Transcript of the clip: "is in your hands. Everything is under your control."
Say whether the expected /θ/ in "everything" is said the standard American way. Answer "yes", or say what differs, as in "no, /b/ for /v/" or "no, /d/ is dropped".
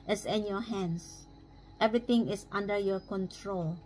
no, /t/ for /θ/